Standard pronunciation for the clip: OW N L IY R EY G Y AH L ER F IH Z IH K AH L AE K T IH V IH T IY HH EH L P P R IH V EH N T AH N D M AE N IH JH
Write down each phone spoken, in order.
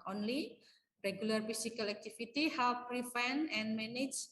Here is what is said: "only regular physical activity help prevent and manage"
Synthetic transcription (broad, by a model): OW N L IY R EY G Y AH L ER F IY S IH K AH L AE K T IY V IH T IY HH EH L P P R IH F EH N AH N M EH N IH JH